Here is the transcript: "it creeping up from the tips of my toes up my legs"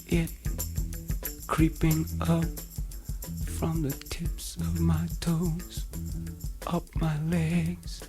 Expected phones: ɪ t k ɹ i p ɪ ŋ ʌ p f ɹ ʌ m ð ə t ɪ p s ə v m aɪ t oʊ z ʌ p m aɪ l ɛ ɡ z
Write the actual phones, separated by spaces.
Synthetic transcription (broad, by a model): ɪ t k ɹ i p ɪ ŋ ʌ p f ɹ ʌ m ð ə t ɪ p s ə v m aɪ t oʊ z ʌ p m aɪ l ɛ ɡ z